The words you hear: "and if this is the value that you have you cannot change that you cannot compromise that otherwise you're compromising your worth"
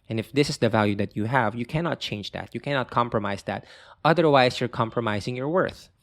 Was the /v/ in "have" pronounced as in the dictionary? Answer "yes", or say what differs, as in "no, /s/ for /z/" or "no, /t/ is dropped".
yes